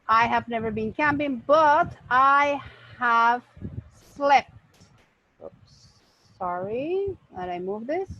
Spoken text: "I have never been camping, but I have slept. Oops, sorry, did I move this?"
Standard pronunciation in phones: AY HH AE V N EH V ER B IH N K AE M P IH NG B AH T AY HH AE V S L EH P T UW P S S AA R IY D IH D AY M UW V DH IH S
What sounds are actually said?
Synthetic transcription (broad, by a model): AY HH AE V N EH V ER B IH N K AE M P IH NG B AH T AY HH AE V S L EH P T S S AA R IY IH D AY M UW V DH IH S